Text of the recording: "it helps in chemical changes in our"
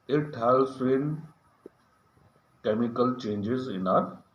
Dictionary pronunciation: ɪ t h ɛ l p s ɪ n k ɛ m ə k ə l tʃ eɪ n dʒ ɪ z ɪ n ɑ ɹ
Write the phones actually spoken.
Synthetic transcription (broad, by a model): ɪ t h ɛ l s ɪ n k ɛ m ə k ə l tʃ eɪ n dʒ ɪ z ɪ n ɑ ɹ